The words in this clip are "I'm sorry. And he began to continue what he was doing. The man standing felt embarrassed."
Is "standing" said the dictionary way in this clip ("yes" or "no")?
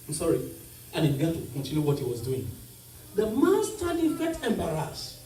no